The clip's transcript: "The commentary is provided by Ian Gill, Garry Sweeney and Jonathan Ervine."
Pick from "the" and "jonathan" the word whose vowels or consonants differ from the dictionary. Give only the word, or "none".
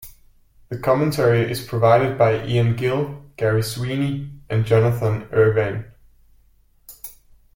none